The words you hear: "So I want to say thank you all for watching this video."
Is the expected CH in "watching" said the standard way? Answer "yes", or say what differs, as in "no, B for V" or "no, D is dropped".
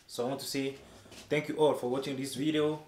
yes